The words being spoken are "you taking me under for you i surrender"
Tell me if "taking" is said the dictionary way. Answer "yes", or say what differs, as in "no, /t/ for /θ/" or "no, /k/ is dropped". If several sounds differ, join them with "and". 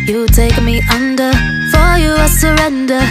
no, /k/ is dropped